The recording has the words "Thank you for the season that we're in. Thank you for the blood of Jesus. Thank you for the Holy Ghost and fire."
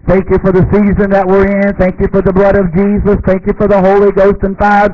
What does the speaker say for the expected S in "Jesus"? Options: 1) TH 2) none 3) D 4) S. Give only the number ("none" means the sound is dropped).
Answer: 4